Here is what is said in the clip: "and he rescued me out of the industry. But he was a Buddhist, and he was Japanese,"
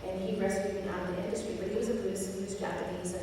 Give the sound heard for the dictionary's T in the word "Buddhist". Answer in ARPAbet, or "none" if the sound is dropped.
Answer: none